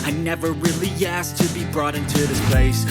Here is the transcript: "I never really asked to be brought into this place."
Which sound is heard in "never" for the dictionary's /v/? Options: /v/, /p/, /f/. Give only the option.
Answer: /v/